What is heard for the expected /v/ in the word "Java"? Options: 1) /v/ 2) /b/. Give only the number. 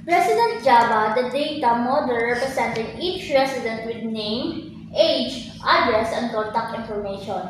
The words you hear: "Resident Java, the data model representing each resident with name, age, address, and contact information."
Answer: 2